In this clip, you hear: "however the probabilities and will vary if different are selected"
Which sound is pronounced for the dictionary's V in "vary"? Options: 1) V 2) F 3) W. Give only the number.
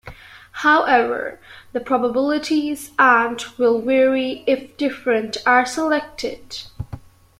3